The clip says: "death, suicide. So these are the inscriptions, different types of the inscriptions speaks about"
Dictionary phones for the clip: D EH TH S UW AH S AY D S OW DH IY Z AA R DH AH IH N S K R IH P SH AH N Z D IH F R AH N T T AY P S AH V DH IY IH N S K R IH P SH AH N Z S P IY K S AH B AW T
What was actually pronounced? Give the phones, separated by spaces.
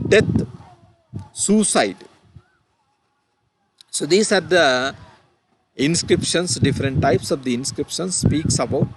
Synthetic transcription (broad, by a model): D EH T S UW S AY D S OW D IY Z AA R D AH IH N S K R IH P SH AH N S D IH F R AH N T T AY P S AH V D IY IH N S K R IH P SH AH N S S P IY K S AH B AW T